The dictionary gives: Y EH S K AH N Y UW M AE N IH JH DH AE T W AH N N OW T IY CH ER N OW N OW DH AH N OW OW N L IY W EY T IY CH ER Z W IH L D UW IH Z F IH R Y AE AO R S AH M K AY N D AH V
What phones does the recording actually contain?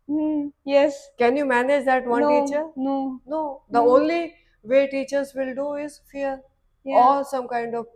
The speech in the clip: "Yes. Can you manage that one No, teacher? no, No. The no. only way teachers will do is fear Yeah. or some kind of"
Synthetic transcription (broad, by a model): Y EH S K AH N Y UW M AE N IH JH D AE T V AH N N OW T IY CH ER N OW N OW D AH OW OW N L IY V EY T IY CH ER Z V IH L D UW IH Z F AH R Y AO L S AH M K AY N D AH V